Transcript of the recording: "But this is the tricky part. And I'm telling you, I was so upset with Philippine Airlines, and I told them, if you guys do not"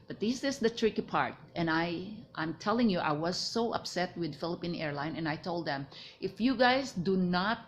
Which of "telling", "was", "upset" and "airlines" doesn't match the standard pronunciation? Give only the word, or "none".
airlines